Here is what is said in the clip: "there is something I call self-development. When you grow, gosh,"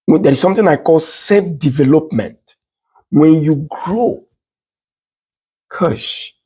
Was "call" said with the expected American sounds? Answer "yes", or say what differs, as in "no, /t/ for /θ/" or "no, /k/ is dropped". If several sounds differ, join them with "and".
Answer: yes